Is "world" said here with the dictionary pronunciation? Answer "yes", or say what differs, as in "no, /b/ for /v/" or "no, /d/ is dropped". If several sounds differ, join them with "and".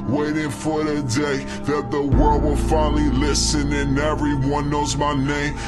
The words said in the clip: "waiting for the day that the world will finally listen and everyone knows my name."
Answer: yes